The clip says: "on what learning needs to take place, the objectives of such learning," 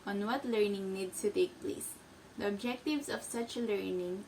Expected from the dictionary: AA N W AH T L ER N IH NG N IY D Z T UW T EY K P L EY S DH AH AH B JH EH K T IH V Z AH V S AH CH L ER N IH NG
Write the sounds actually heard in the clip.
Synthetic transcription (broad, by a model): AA N W AH T L ER N IH NG N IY D S T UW T EY K P L EY S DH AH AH B JH EH K T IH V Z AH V S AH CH L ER N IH NG